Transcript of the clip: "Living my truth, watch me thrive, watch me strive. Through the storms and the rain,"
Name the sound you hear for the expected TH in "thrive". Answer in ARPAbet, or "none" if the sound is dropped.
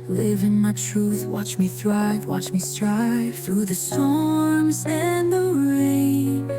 TH